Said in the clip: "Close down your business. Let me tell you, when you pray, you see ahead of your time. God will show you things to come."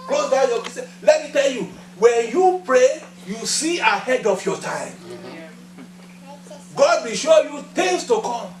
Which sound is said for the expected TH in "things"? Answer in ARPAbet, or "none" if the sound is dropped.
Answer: T